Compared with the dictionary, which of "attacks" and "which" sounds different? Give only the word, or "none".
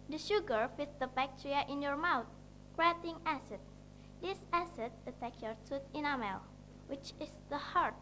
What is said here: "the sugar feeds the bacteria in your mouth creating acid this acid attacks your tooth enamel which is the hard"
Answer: attacks